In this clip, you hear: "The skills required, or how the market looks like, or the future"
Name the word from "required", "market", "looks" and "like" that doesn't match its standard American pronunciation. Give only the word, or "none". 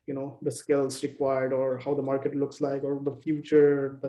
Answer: none